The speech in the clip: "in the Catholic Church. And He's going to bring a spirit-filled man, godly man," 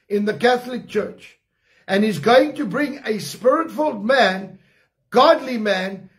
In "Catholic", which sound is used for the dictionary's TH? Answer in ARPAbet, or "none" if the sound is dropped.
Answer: TH